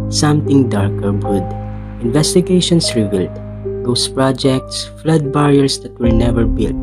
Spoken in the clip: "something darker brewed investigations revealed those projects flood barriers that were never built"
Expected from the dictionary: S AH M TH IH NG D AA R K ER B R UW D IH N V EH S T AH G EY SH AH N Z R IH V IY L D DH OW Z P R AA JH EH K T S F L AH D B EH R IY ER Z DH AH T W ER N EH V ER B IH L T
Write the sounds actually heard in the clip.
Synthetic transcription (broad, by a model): S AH M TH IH NG D AA R K ER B UW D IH N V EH S T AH G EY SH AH N S R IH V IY L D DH OW S P R AA JH EH K T S F L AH D B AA R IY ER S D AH T W ER N EH V ER B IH L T